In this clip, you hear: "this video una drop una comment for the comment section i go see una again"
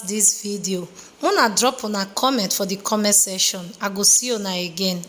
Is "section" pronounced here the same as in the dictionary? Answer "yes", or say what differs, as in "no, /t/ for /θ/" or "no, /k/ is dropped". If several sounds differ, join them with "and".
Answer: no, /k/ is dropped